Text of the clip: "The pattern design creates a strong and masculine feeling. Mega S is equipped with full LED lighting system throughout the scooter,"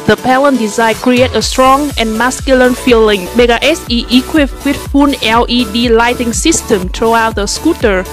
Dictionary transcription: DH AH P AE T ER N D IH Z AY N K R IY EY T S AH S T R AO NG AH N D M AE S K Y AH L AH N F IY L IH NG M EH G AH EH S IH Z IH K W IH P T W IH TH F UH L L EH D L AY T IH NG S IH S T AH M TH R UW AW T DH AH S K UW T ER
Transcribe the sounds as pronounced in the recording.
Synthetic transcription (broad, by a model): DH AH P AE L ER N D IH Z AY N K R IY EY T AH S T R AO NG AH N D M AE S K Y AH L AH N F IY L IH NG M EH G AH EH S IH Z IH K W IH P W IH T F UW N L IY D L AY T IH NG S IH S T AH M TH R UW AW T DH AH S K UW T ER